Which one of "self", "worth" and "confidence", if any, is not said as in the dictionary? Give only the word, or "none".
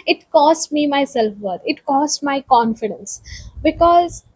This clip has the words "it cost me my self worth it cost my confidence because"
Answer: worth